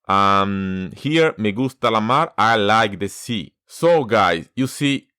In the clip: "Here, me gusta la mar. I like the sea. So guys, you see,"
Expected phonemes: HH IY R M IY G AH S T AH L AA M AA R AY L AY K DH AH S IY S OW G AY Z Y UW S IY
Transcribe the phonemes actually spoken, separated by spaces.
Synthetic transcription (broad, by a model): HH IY R M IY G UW S T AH L AA M AA R AY L AY K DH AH S IY S OW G AY S Y UW S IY